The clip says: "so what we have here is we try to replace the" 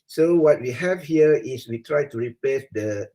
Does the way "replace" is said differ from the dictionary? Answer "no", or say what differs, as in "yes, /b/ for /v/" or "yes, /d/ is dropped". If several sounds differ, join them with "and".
yes, /l/ is dropped